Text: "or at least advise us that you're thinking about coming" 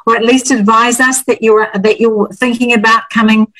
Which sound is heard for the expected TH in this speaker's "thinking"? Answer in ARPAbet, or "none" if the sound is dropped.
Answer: TH